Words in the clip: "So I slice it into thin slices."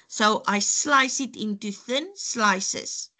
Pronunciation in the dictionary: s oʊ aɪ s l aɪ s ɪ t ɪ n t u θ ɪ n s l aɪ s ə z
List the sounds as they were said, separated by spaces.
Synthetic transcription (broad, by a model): s oʊ aɪ s l aɪ s ɪ t ɪ n t u θ ɪ n s l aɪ s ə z